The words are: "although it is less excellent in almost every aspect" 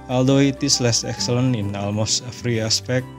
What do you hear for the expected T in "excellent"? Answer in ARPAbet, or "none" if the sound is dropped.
none